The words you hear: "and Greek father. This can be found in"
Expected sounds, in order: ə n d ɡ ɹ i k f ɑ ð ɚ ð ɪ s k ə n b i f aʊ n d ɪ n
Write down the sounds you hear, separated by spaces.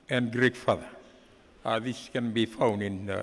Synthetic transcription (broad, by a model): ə n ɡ ɹ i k f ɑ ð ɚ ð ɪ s k ə n b i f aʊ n ɪ n